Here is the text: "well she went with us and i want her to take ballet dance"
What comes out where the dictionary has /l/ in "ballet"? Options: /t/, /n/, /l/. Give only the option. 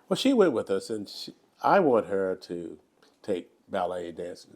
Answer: /l/